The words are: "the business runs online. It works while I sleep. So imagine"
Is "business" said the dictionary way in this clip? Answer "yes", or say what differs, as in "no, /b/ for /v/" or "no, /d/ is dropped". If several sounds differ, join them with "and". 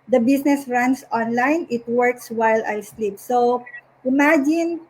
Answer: no, /s/ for /z/